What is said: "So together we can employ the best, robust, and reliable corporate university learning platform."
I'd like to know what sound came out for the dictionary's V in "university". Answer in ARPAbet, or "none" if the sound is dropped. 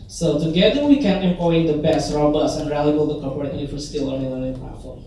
F